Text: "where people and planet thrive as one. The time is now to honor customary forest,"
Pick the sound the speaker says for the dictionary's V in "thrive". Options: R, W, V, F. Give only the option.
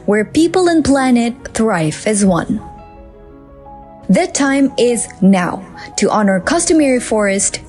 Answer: F